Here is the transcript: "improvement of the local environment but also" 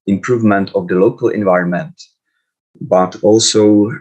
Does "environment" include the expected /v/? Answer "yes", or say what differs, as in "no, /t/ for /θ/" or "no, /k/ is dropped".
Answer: yes